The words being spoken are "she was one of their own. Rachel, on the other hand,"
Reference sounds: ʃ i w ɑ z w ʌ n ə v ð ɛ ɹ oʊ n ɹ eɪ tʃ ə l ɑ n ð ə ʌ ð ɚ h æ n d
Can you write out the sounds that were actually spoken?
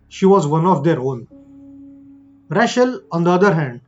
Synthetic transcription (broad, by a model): ʃ i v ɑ z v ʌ n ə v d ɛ ɹ oʊ n ɹ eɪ ʃ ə l ɑ n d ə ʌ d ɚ h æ n d